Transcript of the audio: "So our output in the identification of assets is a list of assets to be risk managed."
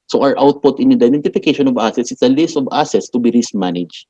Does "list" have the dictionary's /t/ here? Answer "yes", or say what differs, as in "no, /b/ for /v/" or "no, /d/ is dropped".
yes